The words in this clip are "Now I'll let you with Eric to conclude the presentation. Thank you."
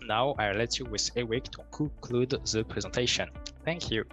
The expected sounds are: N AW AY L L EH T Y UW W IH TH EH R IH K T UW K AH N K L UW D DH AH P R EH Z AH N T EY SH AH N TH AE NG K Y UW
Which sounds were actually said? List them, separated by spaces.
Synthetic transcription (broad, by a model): N AW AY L L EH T Y UW W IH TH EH W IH K T UW K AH K L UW D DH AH P R EH Z AH N T EY SH AH N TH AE NG K Y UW